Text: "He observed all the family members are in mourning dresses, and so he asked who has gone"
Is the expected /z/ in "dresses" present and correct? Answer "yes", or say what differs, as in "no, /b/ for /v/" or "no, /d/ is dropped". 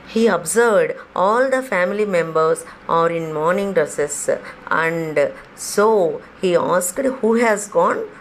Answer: no, /s/ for /z/